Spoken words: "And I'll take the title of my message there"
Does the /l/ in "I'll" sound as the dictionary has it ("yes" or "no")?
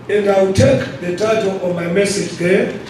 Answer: no